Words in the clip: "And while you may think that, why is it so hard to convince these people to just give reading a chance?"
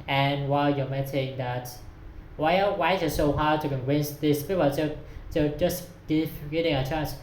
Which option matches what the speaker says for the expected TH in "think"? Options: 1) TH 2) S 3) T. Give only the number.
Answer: 3